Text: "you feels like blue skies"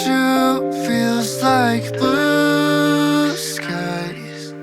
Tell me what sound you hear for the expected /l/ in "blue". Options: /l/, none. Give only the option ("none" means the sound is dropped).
none